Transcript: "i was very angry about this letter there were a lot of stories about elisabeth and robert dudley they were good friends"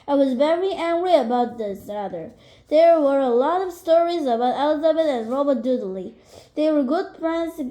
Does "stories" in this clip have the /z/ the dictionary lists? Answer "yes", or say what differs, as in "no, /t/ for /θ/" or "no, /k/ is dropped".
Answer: yes